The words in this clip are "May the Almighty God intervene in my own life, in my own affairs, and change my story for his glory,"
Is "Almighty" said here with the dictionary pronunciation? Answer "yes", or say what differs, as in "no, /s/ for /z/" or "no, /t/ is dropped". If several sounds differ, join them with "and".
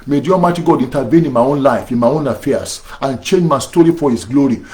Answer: no, /l/ is dropped